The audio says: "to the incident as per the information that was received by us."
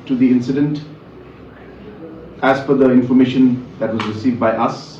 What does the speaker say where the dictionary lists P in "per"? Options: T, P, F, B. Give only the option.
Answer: F